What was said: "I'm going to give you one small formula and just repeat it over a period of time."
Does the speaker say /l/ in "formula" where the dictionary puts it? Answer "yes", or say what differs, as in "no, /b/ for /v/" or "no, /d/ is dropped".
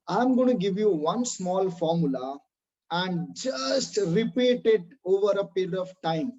yes